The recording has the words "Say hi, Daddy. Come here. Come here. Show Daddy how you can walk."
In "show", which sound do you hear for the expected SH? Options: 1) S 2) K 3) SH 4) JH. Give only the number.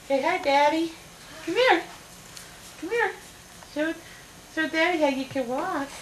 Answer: 1